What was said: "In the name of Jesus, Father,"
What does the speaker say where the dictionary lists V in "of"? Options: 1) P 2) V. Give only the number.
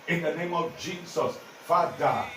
2